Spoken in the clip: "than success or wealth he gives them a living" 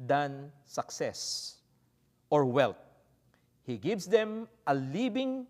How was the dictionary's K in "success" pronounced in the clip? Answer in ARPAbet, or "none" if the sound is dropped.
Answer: K